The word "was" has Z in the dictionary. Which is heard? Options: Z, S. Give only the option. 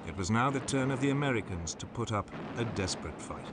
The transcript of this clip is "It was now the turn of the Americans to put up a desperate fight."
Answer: Z